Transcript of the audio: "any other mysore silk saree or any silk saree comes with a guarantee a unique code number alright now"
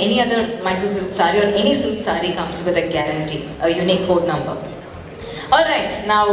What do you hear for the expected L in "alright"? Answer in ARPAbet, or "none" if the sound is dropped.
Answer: L